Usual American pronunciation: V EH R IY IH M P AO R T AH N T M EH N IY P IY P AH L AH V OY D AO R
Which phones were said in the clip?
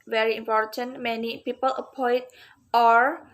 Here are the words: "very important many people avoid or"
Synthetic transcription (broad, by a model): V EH R IY IH M P AO R T AH N T M EH N IY P IY P AH L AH P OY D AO R